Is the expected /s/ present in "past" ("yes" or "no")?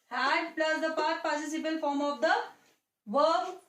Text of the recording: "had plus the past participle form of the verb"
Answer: no